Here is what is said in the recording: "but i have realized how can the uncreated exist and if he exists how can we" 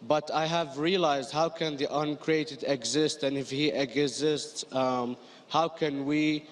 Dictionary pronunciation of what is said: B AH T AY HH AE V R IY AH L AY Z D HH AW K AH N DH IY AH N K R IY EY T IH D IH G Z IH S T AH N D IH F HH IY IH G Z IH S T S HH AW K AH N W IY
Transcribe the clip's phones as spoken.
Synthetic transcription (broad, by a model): B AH T AY HH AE V R IY AH L AY Z D HH AW K AH N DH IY AH N K R IY EY T IH D IH G Z IH S T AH N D IH F HH IY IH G Z IH S T S HH AW K AH N W IY